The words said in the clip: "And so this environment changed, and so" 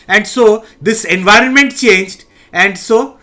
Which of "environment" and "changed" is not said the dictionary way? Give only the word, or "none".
none